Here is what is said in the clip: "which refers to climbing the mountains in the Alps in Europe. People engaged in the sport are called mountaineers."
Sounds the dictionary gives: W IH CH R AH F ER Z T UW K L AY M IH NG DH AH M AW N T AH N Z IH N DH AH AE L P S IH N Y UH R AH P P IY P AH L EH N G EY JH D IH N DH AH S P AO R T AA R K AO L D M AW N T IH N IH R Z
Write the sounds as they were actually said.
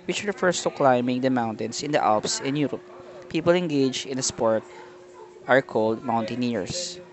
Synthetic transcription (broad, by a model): W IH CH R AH F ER S T UW K L AY M IH NG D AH M AW N T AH N S IH N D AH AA L P S IH N Y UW R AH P P IY P AH L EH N G EY JH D IH N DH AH S P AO R T AA R K AO L D M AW N T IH N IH R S